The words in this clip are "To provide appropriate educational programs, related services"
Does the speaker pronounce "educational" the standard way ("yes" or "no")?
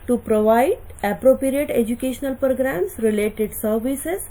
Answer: yes